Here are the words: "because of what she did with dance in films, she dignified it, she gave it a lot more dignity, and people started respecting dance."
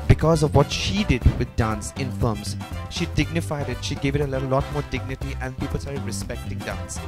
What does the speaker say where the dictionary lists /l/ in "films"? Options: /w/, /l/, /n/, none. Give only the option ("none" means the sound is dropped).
none